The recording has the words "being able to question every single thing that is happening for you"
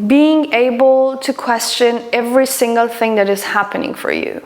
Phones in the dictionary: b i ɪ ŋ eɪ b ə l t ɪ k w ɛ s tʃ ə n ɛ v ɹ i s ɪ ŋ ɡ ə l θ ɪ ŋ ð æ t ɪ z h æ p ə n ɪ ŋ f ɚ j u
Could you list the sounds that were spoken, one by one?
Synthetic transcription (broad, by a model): b i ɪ ŋ eɪ b ə l t ɪ k w ɛ s tʃ ə n ɛ v ɹ i s ɪ ŋ ɡ ə l θ ɪ ŋ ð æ t ɪ z h æ p ə n ɪ ŋ f ɚ j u